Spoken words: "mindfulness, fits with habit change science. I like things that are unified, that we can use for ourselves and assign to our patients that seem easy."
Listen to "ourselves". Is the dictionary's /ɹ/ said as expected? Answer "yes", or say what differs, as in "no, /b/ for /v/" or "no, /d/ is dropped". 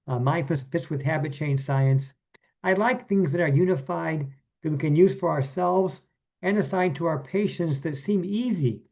yes